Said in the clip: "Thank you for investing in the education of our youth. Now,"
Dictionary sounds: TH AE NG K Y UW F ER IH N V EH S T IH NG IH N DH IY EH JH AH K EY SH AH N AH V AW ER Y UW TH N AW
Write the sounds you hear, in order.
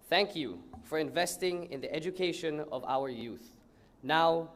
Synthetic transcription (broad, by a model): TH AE NG K Y UW F ER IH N V EH S T IH NG IH N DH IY EH JH AH K EY SH AH N AH V AW ER Y UW TH N AW